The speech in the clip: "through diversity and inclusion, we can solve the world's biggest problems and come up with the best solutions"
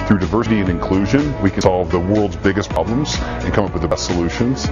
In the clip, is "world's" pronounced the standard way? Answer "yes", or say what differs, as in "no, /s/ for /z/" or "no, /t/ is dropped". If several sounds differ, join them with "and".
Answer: yes